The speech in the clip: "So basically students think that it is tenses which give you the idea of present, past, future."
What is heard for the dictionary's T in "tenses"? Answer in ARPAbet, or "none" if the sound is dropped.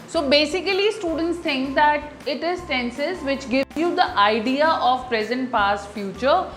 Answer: S